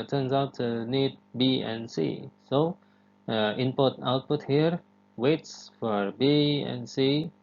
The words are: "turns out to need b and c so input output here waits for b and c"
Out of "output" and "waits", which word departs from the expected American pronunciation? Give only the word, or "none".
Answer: none